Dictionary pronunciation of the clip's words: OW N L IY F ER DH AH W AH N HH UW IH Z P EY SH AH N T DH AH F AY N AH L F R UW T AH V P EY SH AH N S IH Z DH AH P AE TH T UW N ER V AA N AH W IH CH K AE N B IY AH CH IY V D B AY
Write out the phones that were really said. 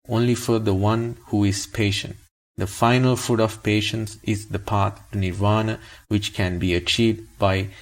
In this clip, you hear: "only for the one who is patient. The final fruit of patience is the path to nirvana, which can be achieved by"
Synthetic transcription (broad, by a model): OW N L IY F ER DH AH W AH N HH UW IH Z P EY SH AH N T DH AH F AY N AH L F UW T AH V P EY SH AH N S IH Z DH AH P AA T T UW N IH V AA N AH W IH CH K AE N B IY AH CH IY V D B AY